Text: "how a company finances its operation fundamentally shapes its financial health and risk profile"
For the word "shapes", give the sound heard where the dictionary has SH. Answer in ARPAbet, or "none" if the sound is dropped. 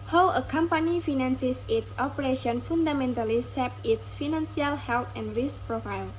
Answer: S